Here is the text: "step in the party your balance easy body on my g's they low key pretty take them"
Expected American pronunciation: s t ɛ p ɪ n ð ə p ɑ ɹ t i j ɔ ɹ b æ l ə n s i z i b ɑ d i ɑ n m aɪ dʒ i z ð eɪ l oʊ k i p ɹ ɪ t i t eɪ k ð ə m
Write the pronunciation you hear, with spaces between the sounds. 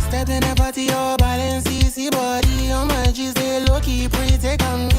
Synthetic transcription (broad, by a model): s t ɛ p ɪ n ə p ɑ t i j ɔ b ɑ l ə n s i s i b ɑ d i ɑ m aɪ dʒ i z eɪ l oʊ k i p u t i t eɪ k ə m